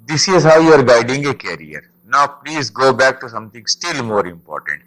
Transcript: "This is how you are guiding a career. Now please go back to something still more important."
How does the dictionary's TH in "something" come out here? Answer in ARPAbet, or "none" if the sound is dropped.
T